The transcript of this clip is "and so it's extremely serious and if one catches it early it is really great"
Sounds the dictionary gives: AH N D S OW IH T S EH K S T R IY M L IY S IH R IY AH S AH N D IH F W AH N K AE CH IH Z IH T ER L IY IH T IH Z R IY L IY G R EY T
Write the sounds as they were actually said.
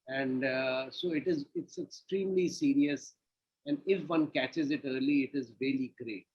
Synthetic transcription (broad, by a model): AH N D S OW IH T S EH K S T R IY M L IY S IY R IY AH S AH N D IH F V AH N K AE CH IH Z IH T ER L IY IH T IH Z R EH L IY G R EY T